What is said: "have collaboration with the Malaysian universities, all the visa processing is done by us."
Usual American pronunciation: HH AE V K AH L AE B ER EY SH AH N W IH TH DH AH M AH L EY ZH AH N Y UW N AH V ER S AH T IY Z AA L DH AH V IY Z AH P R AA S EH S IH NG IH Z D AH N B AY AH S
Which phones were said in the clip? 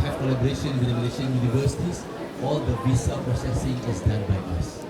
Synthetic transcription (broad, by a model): HH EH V K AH L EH B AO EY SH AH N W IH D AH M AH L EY SH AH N Y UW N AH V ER S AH T IY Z AA L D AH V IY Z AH P R AA S EH S IH NG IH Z D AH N B AY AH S